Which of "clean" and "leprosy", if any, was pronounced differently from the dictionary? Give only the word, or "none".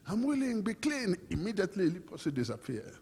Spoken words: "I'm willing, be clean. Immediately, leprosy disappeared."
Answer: leprosy